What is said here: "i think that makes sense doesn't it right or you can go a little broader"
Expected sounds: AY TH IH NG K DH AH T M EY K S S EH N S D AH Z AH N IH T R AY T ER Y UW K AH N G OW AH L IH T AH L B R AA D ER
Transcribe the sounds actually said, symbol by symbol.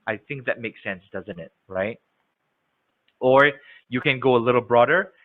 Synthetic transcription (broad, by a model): AY TH IH NG K DH AH T M EY K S S EH N S D AH Z AH N IH T R AY T ER Y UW K AH N G OW AH L IH T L B R AA D ER